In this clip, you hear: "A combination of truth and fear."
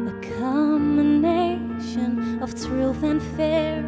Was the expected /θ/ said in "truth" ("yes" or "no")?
yes